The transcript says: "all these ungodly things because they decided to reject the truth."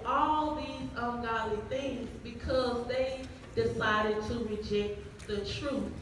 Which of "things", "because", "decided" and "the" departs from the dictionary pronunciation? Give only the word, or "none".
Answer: none